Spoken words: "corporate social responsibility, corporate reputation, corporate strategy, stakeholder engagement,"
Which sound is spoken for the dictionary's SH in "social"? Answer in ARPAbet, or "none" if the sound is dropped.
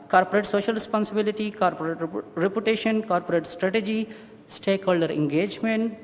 SH